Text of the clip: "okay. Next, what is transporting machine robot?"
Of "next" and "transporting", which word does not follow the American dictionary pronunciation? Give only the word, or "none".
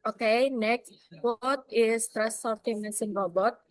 transporting